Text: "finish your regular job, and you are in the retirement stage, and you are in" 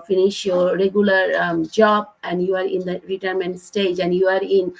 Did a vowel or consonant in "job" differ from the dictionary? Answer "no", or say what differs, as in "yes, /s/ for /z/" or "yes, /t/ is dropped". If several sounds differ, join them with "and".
no